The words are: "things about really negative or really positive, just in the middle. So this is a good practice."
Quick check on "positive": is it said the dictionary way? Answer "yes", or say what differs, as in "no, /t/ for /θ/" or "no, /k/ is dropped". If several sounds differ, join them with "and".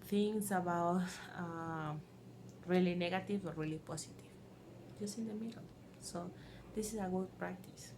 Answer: no, /s/ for /z/